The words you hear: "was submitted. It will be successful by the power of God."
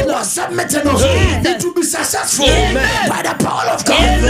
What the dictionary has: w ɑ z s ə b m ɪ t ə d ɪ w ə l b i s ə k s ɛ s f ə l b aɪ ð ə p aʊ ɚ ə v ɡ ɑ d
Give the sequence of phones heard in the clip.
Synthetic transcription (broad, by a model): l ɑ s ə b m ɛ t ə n ɪ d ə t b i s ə s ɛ f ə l b aɪ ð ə p aʊ ɚ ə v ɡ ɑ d